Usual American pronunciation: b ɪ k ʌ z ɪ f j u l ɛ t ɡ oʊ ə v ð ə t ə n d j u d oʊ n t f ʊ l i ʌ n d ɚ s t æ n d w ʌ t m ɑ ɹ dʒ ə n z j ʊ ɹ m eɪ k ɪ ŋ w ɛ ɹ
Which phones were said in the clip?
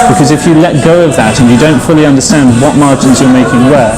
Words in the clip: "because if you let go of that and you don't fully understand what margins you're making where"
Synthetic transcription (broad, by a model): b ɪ k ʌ z ɪ f j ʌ l ɛ t ɡ oʊ ə v ð ə t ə n j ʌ d oʊ n t f ʊ l i ʌ n d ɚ s t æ n d w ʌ t m ɑ ɹ dʒ ə n z j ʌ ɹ m eɪ k ɪ ŋ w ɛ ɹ